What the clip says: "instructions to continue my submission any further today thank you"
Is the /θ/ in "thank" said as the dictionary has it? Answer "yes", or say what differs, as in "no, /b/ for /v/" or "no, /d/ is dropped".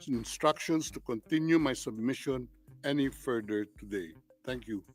no, /t/ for /θ/